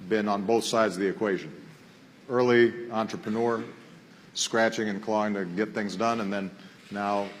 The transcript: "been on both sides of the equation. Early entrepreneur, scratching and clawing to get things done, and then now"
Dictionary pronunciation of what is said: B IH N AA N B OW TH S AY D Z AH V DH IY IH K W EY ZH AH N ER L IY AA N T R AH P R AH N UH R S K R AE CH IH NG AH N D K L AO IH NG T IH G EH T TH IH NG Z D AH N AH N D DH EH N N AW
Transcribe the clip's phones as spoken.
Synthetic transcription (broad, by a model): B IH N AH N B OW TH S AY D Z AH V DH IY IH K W EY ZH AH N ER L IY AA N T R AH P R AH N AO R S K R AE CH IH NG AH N K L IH IH NG T IH G EH T TH IH NG Z D AH N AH N DH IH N N AW